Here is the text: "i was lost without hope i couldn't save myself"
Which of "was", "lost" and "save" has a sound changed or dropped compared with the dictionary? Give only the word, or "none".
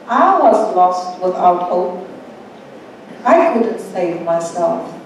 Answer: none